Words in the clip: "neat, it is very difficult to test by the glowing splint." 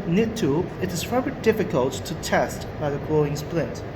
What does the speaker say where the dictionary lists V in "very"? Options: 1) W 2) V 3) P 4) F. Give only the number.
4